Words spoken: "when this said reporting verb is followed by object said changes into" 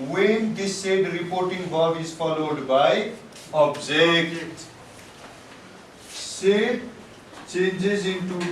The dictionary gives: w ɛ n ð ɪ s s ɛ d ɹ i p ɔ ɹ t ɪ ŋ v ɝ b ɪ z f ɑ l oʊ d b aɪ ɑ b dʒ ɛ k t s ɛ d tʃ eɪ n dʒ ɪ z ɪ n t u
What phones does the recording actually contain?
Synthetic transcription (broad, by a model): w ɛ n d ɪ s s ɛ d ɹ i p ɔ ɹ t ɪ ŋ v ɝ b ɪ z f ɑ l oʊ d b aɪ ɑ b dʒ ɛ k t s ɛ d tʃ eɪ n dʒ ɪ z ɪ n t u